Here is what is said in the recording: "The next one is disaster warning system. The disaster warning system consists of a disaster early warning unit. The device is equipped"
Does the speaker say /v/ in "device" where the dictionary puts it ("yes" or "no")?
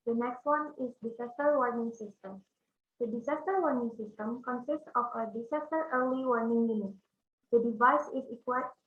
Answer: yes